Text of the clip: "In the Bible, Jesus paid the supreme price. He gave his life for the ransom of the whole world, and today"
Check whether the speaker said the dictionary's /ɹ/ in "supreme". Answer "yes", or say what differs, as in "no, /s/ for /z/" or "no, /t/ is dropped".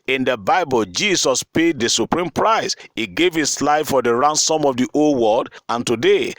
yes